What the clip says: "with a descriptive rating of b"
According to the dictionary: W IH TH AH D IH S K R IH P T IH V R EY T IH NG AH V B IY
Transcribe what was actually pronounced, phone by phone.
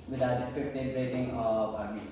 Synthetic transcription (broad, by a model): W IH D AH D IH S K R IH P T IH B R EY T IH NG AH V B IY